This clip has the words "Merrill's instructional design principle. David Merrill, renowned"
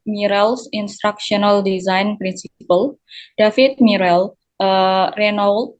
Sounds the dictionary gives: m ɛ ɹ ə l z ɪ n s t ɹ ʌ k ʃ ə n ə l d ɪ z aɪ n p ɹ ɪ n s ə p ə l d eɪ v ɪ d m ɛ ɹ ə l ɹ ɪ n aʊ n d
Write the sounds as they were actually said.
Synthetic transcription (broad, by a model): m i ɹ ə l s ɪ n s t ɹ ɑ k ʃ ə n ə l d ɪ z aɪ n p ɹ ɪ n s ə p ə l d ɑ f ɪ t m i ɹ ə l ɹ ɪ n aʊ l